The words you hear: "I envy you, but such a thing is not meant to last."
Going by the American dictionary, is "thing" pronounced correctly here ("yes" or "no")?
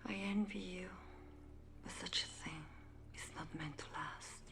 yes